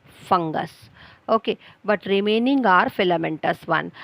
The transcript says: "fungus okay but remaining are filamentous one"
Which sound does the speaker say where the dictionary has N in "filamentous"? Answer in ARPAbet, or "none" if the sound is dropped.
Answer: N